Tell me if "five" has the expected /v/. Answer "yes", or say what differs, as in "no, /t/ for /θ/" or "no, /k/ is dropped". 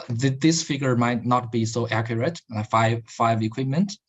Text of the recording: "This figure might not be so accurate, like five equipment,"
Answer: yes